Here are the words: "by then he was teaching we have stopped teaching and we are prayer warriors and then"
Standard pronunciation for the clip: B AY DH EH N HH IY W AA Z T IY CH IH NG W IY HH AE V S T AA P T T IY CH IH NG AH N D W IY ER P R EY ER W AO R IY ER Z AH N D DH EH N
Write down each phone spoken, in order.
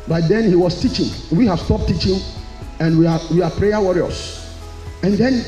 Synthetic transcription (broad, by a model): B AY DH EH N HH IY W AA S T IY CH IH NG W IY HH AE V S T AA P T T IY CH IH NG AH N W W IY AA P R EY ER W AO R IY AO S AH N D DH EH N